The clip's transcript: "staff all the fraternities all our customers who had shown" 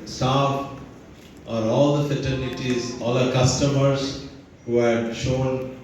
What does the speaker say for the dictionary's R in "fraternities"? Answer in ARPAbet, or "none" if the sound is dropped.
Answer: none